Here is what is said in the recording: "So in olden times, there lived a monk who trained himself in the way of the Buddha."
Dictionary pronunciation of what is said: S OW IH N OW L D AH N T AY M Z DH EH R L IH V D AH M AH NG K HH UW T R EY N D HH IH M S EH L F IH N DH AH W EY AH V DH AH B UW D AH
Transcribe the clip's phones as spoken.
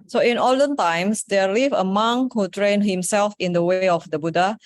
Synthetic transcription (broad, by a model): S OW IH N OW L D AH N T AY M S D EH L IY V AH M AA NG HH UW T R EY N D HH IH M S EH L F IH N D AH W EY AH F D AH B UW D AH